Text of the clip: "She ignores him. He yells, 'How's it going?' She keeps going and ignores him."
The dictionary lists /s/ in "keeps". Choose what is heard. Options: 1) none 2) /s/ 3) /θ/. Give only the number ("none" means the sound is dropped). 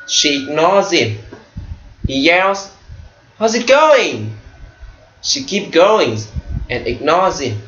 1